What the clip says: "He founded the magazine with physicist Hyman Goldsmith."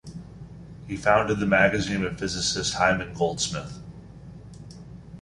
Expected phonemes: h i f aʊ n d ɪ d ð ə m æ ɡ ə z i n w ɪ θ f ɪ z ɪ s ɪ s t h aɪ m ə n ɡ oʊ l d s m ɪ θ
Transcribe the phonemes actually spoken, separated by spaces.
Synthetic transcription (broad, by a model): h i f aʊ n d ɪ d ð ə m æ ɡ ə z i n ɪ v f ɪ z ɪ s ɪ s t h aɪ m ə n ɡ oʊ l d s m ɪ θ